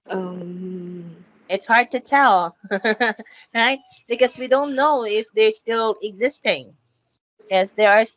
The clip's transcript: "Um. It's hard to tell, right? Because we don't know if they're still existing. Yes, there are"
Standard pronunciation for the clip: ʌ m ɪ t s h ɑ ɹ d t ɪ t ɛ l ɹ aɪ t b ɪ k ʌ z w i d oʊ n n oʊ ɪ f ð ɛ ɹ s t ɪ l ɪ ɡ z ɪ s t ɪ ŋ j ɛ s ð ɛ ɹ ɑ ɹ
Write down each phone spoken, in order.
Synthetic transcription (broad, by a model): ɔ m ɪ t s h ɑ ɹ d t ɪ t ɛ l ɹ aɪ t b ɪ k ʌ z w i d oʊ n n oʊ ɪ f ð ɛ ɹ s t ɪ l ɪ ɡ z ɪ s t ɪ ŋ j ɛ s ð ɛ ɹ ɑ ɹ